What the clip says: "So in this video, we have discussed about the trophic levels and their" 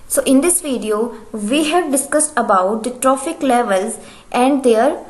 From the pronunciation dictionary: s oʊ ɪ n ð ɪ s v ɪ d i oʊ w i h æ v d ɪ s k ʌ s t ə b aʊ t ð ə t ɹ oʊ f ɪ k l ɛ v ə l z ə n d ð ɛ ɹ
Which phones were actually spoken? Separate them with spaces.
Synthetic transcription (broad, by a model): s oʊ ɪ n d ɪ s v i d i oʊ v i h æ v d ɪ s k ʌ s t ə b aʊ t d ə t ɹ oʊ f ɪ k l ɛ v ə l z ə n d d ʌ ɹ